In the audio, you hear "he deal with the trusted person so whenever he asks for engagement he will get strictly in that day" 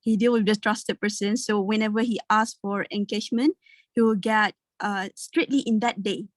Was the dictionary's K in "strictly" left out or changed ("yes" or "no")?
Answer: yes